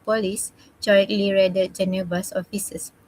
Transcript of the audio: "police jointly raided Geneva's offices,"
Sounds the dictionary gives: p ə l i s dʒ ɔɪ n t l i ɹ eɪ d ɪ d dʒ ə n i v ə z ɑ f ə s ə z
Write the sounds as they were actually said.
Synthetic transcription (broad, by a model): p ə l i s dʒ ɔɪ t l i ɹ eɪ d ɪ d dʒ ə n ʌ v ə s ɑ f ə s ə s